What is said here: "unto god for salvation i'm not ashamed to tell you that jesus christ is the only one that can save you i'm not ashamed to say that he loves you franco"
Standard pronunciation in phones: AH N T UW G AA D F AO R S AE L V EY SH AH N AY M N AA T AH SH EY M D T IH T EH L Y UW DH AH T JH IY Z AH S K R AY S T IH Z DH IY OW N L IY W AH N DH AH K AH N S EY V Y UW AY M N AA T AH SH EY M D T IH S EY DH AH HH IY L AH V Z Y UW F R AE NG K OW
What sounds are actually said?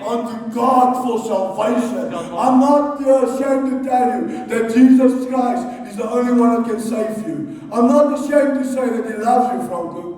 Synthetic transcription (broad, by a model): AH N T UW G AA D F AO L S AE L V EY SH AH N AY M N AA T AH SH EY M T IH T EH L Y UW DH AH T JH IY Z AH S K R AY S T IH Z DH IY OW N L IY W AH N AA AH K AH N S EY V Y UW AY M N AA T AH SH EY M T IH S EY DH AH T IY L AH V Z Y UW F R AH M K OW